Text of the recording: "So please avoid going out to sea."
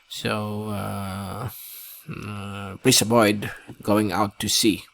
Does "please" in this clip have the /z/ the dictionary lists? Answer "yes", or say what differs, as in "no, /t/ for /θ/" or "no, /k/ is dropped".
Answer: no, /s/ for /z/